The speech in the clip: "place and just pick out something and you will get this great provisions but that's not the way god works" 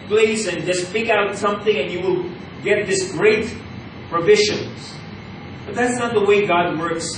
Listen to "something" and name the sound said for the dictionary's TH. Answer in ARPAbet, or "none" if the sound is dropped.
TH